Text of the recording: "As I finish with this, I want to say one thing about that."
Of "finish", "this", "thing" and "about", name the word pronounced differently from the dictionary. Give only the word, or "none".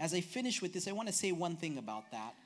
none